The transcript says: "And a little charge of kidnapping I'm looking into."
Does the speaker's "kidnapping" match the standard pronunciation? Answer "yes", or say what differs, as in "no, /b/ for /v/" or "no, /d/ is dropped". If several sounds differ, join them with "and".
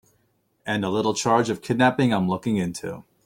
yes